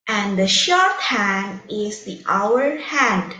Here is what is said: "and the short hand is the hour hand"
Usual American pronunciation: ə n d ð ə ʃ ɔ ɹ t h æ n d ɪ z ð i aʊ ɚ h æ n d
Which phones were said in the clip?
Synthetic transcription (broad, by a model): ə n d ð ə ʃ ɔ ɹ t h æ n d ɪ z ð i aʊ ɚ h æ n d